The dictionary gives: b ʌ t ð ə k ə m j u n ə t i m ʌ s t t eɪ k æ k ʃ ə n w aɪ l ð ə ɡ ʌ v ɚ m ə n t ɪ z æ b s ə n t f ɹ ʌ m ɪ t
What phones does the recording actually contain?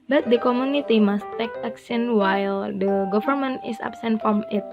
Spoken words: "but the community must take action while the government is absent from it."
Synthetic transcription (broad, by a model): b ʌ t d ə k ə m j u n ə t i m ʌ s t t eɪ k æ k s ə n w aɪ l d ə ɡ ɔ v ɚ m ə n t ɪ s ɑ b s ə n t f ɹ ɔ m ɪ t